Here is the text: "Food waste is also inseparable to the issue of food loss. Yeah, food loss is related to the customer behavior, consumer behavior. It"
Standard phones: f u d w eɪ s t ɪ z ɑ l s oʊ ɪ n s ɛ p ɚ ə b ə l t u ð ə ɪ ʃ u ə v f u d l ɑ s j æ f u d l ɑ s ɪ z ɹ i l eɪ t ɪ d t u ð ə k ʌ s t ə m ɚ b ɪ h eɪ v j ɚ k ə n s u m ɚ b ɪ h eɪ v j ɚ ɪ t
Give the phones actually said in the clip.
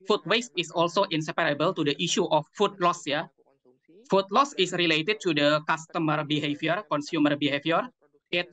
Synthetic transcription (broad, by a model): f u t w eɪ s t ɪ s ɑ l s oʊ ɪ n s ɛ p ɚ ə b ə l t u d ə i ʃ u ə f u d l ɑ s j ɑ f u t l ɑ s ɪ s ɹ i l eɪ t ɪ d t u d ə k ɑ s t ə m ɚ b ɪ h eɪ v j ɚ k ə n s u m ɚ b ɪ h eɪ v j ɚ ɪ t